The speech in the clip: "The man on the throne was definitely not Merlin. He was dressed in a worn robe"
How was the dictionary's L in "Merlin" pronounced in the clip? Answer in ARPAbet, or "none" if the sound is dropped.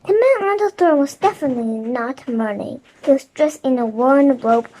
N